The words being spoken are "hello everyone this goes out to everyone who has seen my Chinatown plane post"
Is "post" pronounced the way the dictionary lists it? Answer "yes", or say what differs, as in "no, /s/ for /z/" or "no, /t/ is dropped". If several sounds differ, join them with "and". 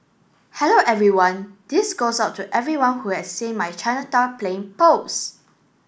no, /t/ is dropped